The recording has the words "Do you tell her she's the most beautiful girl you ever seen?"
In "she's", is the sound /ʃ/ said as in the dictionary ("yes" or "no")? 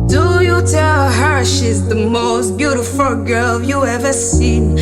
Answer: yes